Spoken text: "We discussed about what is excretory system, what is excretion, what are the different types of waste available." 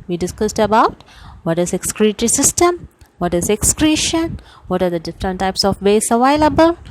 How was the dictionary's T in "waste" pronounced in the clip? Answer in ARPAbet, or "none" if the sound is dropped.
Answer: none